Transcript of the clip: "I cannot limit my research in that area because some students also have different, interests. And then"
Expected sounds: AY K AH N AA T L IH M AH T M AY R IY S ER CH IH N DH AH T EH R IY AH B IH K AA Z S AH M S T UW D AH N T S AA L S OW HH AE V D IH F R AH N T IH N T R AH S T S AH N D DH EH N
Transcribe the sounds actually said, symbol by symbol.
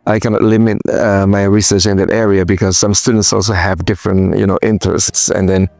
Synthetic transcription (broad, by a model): AY K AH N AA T L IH M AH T M AY R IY S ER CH IH N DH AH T EH R IY AH B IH K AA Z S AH M S T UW D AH N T S AA L S OW HH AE V D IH F R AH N T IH N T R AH S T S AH N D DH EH N